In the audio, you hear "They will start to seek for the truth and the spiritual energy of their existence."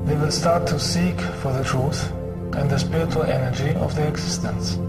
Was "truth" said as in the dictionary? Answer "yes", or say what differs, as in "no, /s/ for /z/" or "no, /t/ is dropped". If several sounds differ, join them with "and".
yes